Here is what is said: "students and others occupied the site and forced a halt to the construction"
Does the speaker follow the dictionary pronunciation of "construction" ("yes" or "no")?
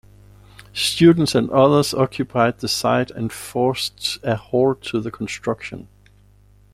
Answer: yes